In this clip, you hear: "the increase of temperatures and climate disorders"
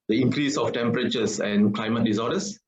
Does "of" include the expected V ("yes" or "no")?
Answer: no